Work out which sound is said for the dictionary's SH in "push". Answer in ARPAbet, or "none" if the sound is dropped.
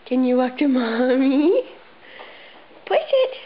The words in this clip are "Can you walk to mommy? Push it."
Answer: S